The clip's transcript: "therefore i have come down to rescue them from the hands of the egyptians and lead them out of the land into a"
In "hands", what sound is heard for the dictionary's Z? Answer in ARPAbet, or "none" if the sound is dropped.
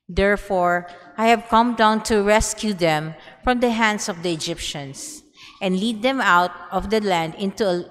S